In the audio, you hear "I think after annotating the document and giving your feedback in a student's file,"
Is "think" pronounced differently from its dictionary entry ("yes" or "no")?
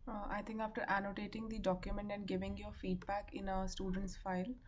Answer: yes